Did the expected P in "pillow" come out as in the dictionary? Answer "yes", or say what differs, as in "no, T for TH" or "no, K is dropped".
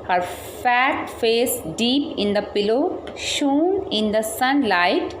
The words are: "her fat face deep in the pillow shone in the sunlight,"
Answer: yes